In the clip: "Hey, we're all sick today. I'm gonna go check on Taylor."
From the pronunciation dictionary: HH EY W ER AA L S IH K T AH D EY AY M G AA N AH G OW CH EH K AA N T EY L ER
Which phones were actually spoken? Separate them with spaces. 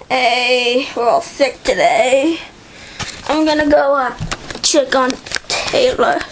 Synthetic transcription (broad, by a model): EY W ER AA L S IH K T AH D EY AY M G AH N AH G OW CH EH K N T EY L ER